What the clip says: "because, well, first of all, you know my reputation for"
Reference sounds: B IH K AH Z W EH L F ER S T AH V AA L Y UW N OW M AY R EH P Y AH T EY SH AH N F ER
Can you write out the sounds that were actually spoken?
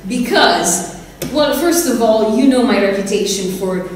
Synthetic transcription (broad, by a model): B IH K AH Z W EH L F ER S T AH V AA L Y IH N OW M AY R EH P Y AH T EY SH AH N F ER